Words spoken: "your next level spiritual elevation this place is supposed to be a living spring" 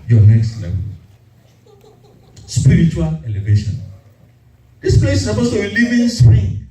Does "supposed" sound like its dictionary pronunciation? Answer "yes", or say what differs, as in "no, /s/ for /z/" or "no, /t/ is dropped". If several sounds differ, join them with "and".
no, /b/ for /p/